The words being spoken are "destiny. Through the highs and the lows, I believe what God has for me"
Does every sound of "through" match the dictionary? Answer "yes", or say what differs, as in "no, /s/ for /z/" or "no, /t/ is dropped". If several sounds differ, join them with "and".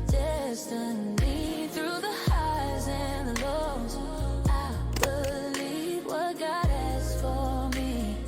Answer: yes